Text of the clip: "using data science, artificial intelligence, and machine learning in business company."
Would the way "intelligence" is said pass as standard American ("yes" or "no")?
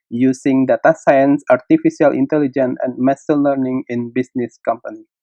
no